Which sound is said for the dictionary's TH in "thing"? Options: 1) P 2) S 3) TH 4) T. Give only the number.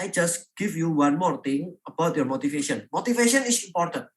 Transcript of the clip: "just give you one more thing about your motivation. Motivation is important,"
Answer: 4